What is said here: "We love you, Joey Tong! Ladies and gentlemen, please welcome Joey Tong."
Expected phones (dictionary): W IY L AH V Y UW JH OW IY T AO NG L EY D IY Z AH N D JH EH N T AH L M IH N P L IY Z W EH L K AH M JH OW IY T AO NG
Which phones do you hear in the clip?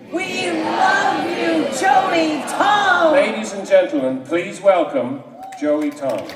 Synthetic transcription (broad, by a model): W IY L AH V Y UW JH OW IY T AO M L EY D IY Z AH N JH EH N T L M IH N P L IY Z W EH L K AH M JH OW IY T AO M